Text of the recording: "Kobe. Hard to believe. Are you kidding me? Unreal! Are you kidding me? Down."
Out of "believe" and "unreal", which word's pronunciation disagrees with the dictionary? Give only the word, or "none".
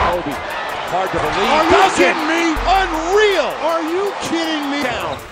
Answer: believe